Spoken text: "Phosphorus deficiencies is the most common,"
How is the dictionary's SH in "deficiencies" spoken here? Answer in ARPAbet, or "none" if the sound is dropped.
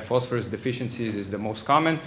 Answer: SH